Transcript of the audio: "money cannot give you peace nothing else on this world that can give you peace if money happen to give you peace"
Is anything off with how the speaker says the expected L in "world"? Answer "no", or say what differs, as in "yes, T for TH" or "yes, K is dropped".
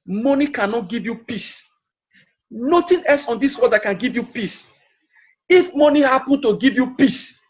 yes, L is dropped